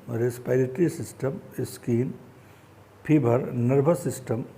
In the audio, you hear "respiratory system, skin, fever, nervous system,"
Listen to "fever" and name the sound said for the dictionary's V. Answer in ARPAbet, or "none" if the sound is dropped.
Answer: B